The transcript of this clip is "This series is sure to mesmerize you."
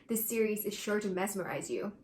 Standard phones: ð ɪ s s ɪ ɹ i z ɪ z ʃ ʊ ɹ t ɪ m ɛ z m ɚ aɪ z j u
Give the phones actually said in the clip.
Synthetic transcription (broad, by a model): ð ɪ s s ɪ ɹ i z ɪ z ʃ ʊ ɹ t ɪ m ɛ s m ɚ aɪ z j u